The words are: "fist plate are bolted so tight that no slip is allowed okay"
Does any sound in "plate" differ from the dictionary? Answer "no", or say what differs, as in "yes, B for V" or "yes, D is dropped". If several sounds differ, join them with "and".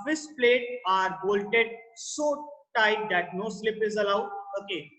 no